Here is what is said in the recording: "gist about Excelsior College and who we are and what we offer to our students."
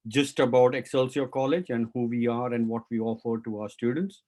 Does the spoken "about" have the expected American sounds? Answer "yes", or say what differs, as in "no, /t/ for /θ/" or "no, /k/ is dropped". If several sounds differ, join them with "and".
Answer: yes